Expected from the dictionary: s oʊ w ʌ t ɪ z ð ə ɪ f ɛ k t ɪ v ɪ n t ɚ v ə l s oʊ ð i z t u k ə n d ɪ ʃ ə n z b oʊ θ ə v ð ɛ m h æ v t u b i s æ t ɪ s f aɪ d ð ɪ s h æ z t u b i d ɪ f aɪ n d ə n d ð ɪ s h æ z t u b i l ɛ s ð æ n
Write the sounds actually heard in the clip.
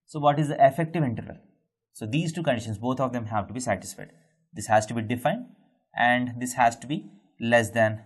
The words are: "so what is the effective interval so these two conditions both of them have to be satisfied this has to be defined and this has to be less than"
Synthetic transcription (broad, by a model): s oʊ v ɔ t ɪ z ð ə ɪ f ɛ k t ɪ v ɪ n t ɚ v ə l s oʊ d i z t u k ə n d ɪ ʃ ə n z b oʊ t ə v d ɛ m h æ v t u b i s æ t ɪ s f aɪ d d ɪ s h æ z t u b i d ɪ f aɪ n d ə n d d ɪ s h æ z t u b i l ɛ s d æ n